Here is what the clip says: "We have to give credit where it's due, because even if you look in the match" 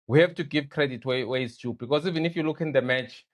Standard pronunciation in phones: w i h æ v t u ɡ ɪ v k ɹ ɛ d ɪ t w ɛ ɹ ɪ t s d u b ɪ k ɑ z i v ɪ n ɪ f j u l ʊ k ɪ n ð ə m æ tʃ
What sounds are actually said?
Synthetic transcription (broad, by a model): w i h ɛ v t u ɡ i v k ɹ ɛ d ɪ t w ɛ w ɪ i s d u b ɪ k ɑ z i v ɪ n ɪ f j u l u k ɪ n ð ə m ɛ tʃ